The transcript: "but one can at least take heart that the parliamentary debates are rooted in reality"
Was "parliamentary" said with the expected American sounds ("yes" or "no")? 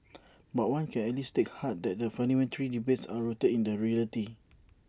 no